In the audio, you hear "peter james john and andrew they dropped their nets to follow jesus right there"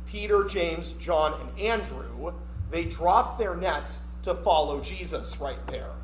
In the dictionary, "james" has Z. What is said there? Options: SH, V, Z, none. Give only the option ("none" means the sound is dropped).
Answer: Z